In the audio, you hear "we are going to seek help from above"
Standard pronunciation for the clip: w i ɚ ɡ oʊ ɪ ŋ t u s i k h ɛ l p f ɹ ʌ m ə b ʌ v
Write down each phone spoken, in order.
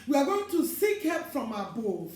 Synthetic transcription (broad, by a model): w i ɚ ɡ oʊ ɪ ŋ t u s i k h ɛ p f ɹ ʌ m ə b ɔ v